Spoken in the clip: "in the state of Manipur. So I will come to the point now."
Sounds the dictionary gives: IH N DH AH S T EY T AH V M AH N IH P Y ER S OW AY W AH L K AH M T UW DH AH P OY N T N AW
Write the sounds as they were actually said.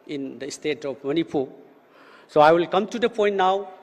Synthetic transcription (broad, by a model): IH N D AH S T EY T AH P M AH N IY P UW S OW AY W AH L K AH M T UW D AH P OY N T N AW